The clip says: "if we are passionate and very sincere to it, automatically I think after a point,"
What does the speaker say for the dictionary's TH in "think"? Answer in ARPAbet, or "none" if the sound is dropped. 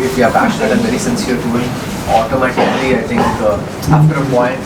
T